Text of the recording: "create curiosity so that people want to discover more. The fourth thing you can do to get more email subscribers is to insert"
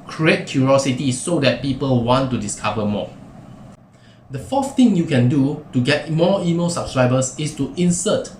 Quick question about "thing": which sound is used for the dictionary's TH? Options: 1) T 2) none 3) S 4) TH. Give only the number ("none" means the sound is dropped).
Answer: 1